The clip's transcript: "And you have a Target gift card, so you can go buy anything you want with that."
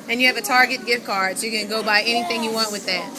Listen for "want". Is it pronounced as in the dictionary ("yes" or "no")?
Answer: yes